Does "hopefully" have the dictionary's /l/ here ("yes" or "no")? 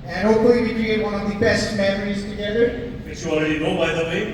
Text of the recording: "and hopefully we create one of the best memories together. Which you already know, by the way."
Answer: no